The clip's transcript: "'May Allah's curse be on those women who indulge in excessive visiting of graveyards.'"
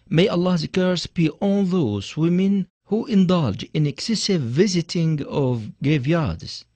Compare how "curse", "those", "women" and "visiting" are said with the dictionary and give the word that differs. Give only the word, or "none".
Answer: none